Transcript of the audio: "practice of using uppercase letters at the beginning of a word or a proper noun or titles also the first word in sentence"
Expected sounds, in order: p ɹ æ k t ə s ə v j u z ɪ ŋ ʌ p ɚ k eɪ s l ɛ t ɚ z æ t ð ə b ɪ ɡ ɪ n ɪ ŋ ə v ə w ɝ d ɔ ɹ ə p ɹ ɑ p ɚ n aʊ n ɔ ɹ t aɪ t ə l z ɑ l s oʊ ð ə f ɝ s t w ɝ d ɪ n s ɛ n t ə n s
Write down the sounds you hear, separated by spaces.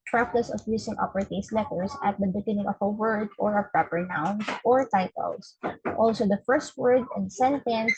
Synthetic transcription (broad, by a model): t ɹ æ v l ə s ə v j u s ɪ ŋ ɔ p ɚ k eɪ s l ɛ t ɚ s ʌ t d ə b ɪ ɡ ɪ n ɪ ŋ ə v ə w ɝ d ɔ ɹ ə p ɹ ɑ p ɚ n aʊ n ɔ ɹ t aɪ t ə l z ɑ l s oʊ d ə f ɝ s t w ɝ d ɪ n s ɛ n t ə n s